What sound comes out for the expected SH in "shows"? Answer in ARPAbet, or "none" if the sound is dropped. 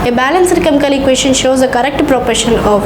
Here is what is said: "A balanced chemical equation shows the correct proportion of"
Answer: SH